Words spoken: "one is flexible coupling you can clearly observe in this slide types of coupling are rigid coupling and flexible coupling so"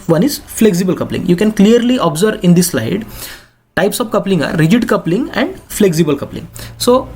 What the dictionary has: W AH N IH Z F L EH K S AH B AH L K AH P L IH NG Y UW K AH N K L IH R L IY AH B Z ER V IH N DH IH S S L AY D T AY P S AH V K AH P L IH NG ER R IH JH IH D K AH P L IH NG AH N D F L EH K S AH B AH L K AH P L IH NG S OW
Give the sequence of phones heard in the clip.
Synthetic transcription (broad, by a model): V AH N IH Z F L EH K S AH B AH L K AH P L IH NG Y UW K AH N K L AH R L IY AH B Z ER V IH N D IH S S L AY D T AY P S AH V K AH P L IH NG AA R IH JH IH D K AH P L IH NG AH N D F L EH K S AH B AH L K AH P L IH NG S OW